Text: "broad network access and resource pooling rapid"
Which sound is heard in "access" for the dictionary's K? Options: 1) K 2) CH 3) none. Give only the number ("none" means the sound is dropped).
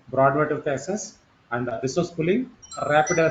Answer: 3